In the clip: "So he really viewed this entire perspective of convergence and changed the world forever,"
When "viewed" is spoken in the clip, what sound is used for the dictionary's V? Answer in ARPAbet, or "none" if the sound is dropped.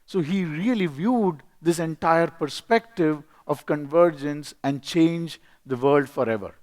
V